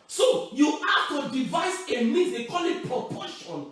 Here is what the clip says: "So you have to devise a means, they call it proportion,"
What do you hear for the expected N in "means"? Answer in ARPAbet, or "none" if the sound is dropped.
none